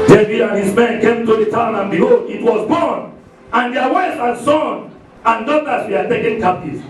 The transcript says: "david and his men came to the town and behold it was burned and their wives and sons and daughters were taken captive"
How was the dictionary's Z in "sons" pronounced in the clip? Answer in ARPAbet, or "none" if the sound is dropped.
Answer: none